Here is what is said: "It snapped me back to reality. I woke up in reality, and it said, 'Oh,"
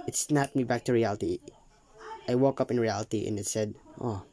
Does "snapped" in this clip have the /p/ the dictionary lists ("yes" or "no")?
no